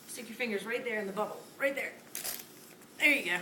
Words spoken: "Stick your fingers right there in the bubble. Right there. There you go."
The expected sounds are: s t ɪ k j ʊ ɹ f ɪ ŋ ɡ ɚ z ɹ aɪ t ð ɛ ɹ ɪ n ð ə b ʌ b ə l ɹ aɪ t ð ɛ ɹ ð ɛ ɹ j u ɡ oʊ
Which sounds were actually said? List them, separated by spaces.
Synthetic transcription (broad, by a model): s t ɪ k j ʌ ɹ f ɪ ŋ ɡ ɚ z ɹ aɪ t ð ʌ ɹ ɪ n ð ə b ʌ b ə l ɹ aɪ t ð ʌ ɹ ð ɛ ɹ j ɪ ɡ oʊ